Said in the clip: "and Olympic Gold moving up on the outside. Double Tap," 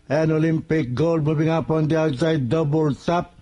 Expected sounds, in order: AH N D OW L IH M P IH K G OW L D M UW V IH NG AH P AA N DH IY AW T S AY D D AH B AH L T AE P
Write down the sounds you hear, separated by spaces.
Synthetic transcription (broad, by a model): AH N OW L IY M P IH K G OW L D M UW B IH NG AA P AA N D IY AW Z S AY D D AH B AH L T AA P